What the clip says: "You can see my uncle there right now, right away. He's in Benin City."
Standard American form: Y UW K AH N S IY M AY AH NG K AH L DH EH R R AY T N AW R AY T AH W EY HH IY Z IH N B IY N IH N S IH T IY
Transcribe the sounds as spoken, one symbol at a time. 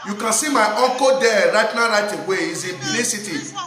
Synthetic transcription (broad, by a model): Y UW K AH N S IY M AY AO K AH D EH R R AY T N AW R AY T AH W EY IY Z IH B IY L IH S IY T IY